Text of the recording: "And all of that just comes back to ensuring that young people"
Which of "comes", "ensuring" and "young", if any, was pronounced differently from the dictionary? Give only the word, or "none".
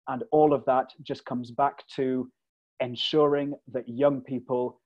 none